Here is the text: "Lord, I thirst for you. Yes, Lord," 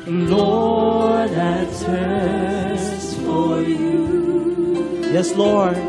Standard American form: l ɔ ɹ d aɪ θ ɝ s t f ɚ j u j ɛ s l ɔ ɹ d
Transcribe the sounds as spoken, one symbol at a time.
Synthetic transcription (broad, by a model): l ɔ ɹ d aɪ t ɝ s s f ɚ j u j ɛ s l ɔ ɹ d